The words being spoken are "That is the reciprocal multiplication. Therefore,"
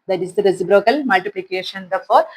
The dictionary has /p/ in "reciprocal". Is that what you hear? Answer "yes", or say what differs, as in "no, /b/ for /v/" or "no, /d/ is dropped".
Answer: no, /b/ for /p/